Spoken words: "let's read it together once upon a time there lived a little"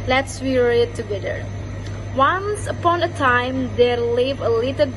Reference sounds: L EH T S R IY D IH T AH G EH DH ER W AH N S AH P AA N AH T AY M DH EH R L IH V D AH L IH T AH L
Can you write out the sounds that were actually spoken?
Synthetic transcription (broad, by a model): L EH T S W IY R IH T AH G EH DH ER W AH N S AH P AA N AH T AY M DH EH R L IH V AH L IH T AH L